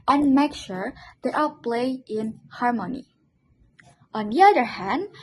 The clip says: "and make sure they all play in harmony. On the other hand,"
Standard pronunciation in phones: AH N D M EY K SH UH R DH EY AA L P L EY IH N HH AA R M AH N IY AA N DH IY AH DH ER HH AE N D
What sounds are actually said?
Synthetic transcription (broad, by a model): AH N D M EY K SH UH R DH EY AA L P L EY IH N HH AA R M AH N IY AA N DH IY AH DH ER HH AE N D